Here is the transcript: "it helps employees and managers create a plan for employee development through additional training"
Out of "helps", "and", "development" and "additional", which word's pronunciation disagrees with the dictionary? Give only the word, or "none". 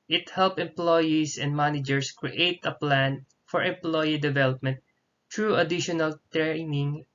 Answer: helps